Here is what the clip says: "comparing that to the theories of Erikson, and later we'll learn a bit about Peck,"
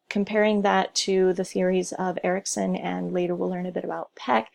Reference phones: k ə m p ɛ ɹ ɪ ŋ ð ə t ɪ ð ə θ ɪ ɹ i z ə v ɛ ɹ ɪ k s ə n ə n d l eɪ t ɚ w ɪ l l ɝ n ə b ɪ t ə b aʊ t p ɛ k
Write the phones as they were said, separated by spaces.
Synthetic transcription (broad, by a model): k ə m p ɛ ɹ ɪ ŋ ð ə t ɪ ð ə θ ɪ ɹ i z ə v ɛ ɹ ɪ k s ə n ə n l eɪ t ɚ w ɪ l l ɝ n ə b ɪ t ə b aʊ t p ɛ k